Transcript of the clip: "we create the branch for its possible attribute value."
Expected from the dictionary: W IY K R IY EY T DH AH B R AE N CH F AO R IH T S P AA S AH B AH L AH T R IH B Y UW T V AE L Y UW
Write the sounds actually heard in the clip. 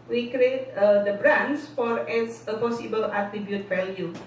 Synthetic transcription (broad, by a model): W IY K R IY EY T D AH B R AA N S F AO R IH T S P AA S AH B AH L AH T R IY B Y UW T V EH L Y UW